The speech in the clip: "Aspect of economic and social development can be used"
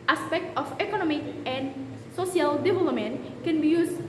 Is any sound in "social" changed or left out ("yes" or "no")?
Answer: yes